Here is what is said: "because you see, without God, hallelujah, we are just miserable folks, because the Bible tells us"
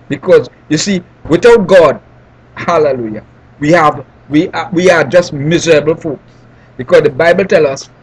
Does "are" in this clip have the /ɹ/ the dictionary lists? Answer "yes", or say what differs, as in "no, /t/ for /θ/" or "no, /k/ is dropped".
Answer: no, /w/ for /ɹ/